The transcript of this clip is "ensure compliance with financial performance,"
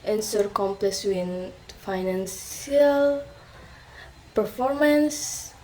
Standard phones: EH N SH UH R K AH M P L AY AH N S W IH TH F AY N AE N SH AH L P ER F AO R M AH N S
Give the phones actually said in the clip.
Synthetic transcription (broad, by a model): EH N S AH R K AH M P L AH S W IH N F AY N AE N S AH L P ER F AO R M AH N S